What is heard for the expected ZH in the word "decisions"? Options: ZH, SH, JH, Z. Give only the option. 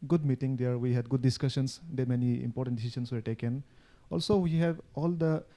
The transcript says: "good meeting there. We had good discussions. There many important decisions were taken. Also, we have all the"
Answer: SH